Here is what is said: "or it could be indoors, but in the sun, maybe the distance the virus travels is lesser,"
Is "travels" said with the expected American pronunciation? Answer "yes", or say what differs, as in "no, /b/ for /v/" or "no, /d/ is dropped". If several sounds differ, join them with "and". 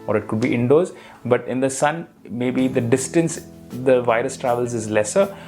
yes